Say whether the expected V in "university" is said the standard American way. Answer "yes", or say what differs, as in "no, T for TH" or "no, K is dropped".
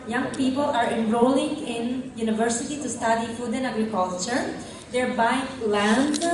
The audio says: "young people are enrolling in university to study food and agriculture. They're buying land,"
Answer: yes